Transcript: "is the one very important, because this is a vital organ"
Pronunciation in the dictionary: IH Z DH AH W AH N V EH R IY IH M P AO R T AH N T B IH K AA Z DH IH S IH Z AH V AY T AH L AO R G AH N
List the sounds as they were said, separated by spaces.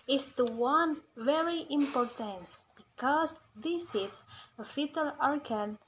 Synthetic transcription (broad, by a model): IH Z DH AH W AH N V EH R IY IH M P AO R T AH N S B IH K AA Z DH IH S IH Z AH F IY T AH L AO R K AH N